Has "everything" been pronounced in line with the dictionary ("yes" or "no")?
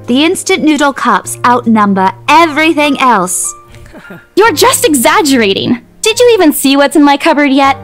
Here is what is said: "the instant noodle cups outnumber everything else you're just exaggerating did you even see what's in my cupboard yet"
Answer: yes